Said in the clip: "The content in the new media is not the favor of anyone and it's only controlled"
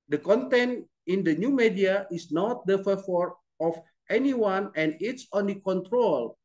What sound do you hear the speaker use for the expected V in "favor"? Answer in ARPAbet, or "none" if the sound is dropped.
F